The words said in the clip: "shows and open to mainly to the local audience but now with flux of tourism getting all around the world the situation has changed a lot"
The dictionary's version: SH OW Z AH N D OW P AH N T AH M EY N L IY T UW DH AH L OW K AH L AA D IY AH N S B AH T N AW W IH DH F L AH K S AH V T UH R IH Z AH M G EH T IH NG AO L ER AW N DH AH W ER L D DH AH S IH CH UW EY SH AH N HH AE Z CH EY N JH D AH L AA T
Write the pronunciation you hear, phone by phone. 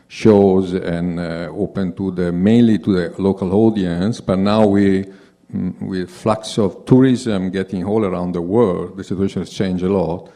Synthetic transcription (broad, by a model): SH OW Z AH N OW P AH N T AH M EY N L IY T UW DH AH L OW K AH L AA D IY AH N S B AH T N AW W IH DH F L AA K S AH V T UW R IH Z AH M G EH T IH NG AO L ER AW N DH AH W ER L D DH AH S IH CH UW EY SH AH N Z CH EY N JH AH L AA T